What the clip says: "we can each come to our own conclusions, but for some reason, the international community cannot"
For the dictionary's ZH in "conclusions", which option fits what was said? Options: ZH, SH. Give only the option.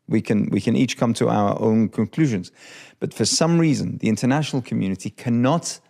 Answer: ZH